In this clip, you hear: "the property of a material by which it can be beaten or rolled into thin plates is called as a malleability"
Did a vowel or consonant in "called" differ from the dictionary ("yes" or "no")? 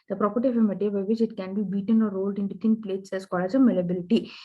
yes